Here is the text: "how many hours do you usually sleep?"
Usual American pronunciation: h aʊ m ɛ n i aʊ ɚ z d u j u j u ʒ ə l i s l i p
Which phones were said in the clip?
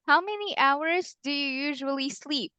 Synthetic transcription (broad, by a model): h aʊ m ɛ n i aʊ ɚ z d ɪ j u j u ʒ ə l i s l i p